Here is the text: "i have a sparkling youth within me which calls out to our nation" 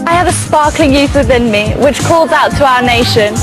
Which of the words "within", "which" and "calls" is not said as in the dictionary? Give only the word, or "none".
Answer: none